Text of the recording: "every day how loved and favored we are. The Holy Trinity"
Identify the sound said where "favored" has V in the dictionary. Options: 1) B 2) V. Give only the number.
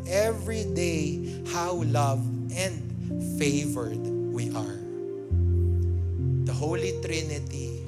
2